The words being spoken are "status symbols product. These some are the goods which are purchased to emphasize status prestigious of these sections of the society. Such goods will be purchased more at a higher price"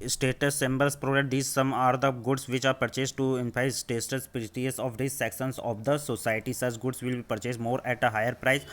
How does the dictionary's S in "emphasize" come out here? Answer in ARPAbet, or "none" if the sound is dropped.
none